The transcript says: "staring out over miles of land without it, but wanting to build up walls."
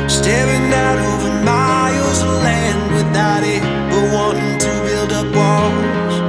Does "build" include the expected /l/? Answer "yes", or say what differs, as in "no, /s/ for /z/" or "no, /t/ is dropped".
yes